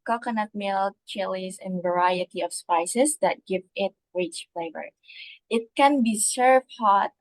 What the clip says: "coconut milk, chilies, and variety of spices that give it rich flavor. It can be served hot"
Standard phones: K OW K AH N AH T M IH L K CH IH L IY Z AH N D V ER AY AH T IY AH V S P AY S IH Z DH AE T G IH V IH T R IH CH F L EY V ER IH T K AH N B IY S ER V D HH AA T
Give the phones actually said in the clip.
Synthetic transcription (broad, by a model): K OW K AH N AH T M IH L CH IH L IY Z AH N V ER AY AH T IY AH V S P AY S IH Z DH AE T G IH V IH T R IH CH F L EY V ER IH T K AH N B IY S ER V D HH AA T